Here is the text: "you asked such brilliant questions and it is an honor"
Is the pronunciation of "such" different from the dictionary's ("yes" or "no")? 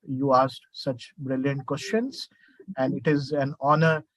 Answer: no